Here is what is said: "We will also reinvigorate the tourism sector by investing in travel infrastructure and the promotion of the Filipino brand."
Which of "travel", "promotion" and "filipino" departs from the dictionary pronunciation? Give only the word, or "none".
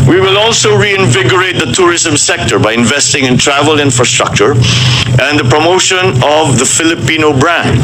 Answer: none